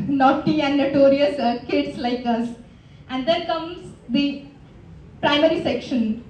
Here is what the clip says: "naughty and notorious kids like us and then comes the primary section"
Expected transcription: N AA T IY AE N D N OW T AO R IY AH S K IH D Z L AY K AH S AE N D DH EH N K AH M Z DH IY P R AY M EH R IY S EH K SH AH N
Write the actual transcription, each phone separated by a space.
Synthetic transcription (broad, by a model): N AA T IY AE N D N OW T AO R IY AH S K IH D S L AY K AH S AE N D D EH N K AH M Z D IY P R AY M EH R IY S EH K SH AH N